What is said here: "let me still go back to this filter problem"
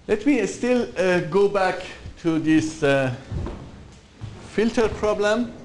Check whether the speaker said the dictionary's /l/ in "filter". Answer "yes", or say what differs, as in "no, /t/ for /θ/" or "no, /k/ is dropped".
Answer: yes